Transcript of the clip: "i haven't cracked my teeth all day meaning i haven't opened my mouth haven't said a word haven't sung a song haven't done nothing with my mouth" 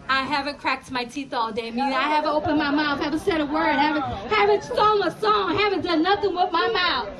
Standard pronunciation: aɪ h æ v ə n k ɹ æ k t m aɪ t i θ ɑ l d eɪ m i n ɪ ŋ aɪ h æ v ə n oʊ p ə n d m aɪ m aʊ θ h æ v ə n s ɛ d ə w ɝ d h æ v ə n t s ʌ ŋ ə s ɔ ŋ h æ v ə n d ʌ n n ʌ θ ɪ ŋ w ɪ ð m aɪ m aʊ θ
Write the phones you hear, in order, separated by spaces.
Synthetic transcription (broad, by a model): aɪ h æ v ə n k ɹ æ k t m aɪ t i θ ɑ l d eɪ m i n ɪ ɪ h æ v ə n oʊ p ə n m aɪ m aʊ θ h æ v ə n s ɛ d ə w ɝ d h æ v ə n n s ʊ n ə s ɔ ŋ h æ v ə n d ʌ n n ʌ θ ɪ ŋ w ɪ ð m aɪ m aʊ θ